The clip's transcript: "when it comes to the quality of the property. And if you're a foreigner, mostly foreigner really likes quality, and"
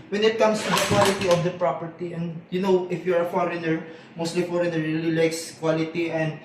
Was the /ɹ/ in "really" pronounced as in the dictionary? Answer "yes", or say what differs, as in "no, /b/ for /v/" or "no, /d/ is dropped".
yes